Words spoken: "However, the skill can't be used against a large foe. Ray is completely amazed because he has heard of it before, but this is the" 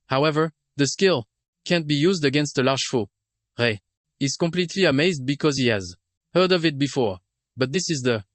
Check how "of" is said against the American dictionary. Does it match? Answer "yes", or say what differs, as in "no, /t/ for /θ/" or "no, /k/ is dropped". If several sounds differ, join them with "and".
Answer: yes